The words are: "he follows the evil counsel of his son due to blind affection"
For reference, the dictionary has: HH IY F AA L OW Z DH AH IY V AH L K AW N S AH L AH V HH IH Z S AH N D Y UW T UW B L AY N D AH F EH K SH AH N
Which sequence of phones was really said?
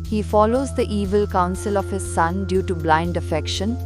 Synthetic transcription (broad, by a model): HH IY F AA L OW Z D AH IY V AH L K AW N S AH L AH V HH IH Z S AH N D Y UW T UW B L AY N D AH F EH K SH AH N